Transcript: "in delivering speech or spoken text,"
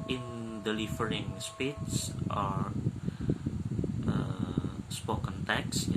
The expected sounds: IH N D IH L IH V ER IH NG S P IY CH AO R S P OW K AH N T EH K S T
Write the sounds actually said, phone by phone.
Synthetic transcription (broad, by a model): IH N D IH L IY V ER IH NG S P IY S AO R S P OW K AH N T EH K S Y